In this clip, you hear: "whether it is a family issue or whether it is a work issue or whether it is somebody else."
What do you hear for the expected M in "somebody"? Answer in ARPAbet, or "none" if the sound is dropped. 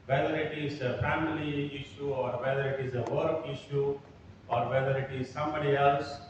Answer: M